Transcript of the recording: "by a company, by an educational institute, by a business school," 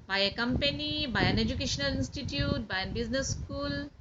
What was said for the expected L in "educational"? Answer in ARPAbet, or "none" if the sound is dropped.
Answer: L